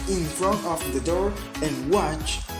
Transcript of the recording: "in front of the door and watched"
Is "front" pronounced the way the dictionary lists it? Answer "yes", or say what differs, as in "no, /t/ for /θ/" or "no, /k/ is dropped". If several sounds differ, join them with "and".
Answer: yes